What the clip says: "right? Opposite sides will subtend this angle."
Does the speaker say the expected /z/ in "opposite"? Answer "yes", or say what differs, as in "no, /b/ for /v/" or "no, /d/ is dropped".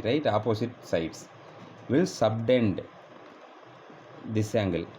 no, /s/ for /z/